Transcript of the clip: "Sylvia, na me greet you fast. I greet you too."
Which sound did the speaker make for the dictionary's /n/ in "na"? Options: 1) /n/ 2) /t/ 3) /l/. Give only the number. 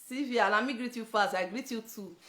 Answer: 3